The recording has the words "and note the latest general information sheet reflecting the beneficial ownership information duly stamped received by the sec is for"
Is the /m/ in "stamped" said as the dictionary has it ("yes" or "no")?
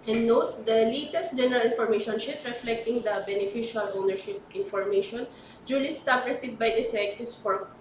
no